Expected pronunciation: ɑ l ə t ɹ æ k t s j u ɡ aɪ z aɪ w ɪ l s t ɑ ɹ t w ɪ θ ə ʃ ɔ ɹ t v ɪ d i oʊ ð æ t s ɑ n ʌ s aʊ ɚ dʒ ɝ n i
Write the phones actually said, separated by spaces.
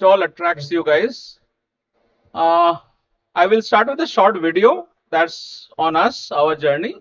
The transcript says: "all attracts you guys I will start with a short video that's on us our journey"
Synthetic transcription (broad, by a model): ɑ l ə t ɹ æ k t s j u ɡ aɪ z aɪ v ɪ l s t ɑ ɹ t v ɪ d ə ʃ ɔ ɹ t v ɪ d i oʊ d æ t s ɑ n ʌ s aʊ ɚ dʒ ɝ n i